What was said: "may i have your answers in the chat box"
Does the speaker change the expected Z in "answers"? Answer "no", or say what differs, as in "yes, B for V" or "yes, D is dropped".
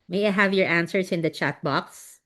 yes, S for Z